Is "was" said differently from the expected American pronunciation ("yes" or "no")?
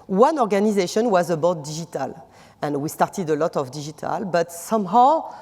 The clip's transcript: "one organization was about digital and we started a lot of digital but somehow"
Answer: no